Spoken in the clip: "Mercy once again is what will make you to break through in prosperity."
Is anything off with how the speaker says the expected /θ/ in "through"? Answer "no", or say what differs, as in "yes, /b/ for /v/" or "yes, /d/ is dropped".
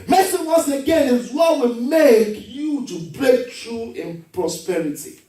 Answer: yes, /t/ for /θ/